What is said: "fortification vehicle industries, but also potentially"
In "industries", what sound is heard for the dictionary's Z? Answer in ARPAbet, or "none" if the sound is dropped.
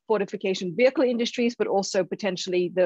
Z